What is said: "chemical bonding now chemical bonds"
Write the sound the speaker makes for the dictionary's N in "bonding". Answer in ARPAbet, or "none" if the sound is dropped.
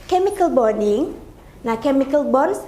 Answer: none